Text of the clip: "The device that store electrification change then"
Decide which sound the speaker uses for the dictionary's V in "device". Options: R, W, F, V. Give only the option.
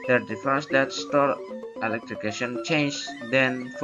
F